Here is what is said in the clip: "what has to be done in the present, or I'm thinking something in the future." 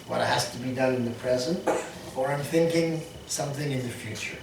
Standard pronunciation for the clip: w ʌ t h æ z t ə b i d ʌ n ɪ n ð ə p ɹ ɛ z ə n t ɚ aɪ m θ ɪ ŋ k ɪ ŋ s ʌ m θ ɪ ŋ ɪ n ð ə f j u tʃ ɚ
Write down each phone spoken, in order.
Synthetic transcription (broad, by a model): w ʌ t h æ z t ə b i d ʌ n ɪ n ð ə p ɹ ɛ z ə n t ɚ aɪ m θ ɪ ŋ k ɪ ŋ s ʌ m θ ɪ ŋ ɪ n ð ə f j u tʃ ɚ